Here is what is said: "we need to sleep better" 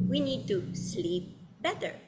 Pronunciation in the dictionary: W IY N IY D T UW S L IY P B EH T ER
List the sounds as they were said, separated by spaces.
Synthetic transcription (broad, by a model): W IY N IY D T UW S L IY P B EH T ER